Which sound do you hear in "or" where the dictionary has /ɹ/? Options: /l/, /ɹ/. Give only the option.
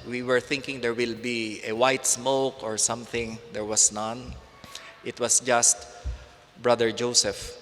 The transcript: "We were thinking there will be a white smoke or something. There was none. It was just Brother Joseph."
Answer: /ɹ/